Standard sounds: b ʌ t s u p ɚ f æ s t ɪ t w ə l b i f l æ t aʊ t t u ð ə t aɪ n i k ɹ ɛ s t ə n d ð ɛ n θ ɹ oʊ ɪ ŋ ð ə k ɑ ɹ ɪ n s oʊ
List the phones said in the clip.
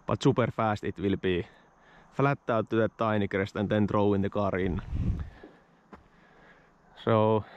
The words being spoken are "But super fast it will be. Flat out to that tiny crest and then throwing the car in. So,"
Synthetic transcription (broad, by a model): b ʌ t s u p ɚ f æ s t ɪ t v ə l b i f l æ t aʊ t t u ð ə t aɪ n i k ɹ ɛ s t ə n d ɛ n t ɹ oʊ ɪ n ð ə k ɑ ɹ ɪ n s oʊ